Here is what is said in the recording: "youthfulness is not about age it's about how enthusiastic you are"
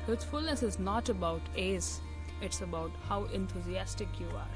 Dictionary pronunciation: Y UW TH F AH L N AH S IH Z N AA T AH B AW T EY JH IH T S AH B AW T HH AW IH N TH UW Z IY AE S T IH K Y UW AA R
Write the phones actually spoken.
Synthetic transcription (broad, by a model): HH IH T F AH L N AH S IH Z N AA T AH B AW T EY Z IH T S AH B AW T HH AW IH N T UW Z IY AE S T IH K Y UW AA R